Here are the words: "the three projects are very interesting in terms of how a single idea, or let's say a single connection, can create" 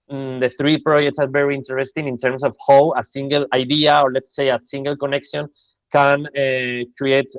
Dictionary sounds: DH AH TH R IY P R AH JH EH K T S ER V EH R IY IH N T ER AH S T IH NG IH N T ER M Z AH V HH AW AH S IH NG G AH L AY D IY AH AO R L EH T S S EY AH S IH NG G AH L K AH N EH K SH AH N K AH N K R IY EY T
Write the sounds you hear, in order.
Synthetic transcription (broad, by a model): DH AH TH R IY P R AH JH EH K T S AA V EH R IY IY N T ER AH S T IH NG IH N T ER M S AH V HH AW AH S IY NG G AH L AY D IY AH AO R L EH T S S EY AH S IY NG G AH L K AH N EH K SH AH N K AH N K R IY EY T